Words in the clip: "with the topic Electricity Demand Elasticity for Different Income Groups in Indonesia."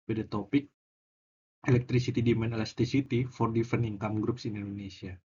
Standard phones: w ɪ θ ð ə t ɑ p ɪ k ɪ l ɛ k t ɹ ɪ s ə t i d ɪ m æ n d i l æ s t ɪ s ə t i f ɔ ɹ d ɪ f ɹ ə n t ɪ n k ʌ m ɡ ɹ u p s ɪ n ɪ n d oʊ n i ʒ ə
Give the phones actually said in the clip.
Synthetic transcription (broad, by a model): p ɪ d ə t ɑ p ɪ k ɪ l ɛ k t ɹ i s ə t i d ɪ m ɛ n ɛ l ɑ s t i s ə t i f ɔ ɹ d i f ə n ɪ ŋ k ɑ m ɡ ɹ u p s ɪ n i n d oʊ n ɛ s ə